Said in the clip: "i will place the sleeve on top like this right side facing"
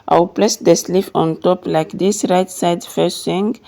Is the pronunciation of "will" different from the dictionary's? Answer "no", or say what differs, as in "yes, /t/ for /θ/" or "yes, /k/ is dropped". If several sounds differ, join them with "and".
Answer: yes, /w/ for /l/